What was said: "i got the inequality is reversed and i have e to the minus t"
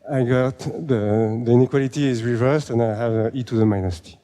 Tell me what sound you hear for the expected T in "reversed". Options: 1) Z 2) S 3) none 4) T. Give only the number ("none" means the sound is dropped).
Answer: 4